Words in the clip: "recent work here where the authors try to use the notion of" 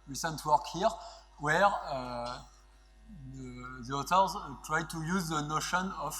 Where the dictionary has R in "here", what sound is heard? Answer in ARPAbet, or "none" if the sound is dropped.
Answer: R